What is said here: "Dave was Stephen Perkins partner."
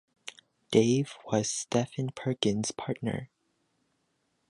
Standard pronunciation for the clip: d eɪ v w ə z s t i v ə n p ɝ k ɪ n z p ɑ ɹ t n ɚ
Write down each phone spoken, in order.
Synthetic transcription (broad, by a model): d eɪ v w ə z s t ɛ f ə n p ɝ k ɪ n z p ɑ ɹ t n ɚ